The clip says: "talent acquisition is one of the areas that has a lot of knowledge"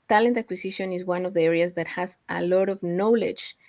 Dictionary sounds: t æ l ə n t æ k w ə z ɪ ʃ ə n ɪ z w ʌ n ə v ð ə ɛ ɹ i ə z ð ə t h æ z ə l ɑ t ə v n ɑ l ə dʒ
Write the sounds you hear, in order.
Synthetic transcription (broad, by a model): t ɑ l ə n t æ k w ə s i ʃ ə n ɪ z w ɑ n ə v ð ə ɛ ɹ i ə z ð ə t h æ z ə l ɑ t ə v n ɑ l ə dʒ